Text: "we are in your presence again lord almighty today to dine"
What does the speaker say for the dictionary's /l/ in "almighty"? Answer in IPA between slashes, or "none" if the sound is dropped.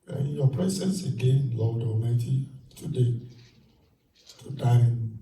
none